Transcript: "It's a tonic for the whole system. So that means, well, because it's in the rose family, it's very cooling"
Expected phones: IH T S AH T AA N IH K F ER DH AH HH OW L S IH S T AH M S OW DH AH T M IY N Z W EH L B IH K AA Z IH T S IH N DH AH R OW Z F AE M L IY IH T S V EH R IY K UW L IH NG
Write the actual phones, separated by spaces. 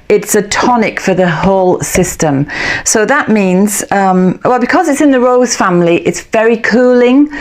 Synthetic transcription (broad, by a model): IH T S AH T AA N IH K F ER DH AH HH OW L S IH S T AH M S OW DH AH T M IY N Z W EH L B IH K AA Z IH T S IH N DH AH R OW Z F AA M L IY IH T S V EH R IY K UW L IH NG